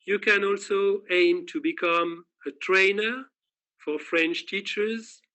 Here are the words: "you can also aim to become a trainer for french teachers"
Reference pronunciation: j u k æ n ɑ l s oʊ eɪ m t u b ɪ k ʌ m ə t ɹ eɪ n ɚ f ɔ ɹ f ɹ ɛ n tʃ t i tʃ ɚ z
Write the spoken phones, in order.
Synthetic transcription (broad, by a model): j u k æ n ɑ l s oʊ eɪ m t u b ɪ k ʌ m ə t ɹ eɪ n ɚ f ɔ ɹ f ɹ ɛ n tʃ t i tʃ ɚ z